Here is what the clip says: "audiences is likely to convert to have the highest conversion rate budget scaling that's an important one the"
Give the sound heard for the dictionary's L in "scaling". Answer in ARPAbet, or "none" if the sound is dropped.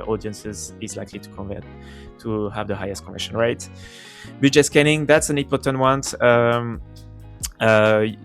N